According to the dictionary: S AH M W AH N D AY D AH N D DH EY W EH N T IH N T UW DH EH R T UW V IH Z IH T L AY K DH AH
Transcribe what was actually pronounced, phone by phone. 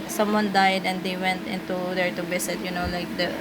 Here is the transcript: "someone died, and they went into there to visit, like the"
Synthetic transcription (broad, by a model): S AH M W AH N D AY D AH N D EY W EH N T IH N T UW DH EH R T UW B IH S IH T L AY K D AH